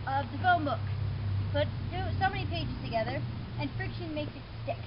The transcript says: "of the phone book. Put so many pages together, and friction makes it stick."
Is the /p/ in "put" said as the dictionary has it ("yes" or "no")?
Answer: no